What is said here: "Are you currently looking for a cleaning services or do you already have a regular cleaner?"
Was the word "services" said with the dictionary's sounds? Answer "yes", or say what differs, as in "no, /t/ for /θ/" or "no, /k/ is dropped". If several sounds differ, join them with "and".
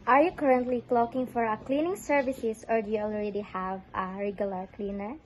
no, /s/ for /z/